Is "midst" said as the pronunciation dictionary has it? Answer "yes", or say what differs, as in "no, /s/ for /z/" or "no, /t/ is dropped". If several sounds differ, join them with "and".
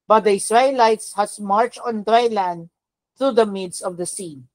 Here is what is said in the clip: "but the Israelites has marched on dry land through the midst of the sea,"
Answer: no, /t/ is dropped